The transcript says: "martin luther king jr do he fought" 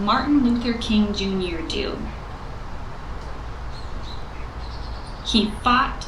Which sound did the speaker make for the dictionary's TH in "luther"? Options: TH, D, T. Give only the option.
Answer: TH